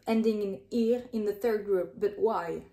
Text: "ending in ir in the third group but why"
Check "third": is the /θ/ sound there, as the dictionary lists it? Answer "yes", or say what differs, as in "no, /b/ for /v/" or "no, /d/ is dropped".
yes